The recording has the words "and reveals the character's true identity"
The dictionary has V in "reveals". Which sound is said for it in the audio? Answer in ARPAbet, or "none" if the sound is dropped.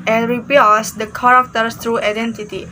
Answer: P